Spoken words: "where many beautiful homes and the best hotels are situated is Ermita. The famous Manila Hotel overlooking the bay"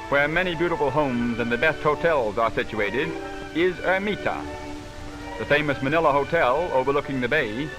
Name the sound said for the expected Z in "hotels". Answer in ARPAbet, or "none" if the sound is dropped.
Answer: Z